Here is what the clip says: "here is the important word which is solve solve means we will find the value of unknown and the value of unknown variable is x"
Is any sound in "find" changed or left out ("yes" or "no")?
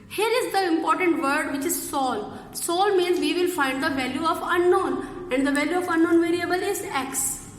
no